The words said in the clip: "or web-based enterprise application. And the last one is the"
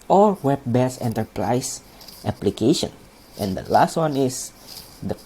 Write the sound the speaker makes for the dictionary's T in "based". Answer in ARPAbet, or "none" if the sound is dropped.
none